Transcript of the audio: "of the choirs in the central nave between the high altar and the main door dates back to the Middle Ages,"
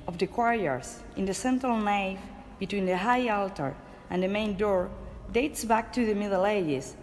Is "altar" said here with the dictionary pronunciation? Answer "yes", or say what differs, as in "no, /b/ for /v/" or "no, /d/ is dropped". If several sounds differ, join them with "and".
yes